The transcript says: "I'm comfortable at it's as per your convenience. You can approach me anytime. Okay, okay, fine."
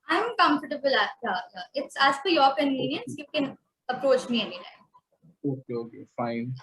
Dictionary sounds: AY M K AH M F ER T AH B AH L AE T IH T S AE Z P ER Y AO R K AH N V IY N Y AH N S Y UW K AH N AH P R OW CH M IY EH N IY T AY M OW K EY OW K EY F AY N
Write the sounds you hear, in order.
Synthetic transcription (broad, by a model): AY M K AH M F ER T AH B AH L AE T IH T S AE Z F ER Y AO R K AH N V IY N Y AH N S Y UW K AH N AH P R OW CH M IY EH N IY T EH OW K EY OW K EY F AY N